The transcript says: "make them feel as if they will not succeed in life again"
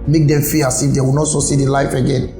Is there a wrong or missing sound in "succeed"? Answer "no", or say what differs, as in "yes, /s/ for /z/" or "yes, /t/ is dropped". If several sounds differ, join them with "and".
yes, /k/ is dropped